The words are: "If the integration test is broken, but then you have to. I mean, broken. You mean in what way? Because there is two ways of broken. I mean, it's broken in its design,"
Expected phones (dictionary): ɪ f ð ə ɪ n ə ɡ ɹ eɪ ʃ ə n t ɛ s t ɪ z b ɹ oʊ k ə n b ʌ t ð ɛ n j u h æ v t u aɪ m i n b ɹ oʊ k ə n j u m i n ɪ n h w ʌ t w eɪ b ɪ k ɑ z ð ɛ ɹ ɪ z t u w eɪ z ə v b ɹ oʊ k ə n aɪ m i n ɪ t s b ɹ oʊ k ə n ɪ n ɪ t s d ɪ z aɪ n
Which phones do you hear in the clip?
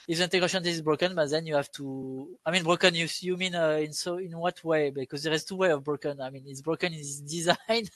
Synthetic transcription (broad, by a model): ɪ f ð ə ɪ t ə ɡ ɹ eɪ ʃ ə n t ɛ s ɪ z b ɹ oʊ k ə n b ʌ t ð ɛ n j u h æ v t u aɪ m i n b ɹ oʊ k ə n j u m i n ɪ n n w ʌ t w eɪ b ɪ k ɑ z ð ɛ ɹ ɪ z t u w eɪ ə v b ɹ oʊ k ə n aɪ m i n ɪ t s b ɹ oʊ k ə n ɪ n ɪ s d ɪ z aɪ n